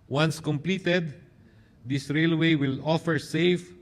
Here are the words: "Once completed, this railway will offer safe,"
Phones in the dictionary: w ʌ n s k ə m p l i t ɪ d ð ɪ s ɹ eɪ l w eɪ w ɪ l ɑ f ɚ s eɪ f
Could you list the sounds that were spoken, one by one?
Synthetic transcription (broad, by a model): w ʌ n s k ə m p l i t ɪ d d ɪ s ɹ eɪ l w eɪ w ɪ l ɑ f ɚ s eɪ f